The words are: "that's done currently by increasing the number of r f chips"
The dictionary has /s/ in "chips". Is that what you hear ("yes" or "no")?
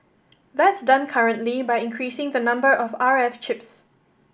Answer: yes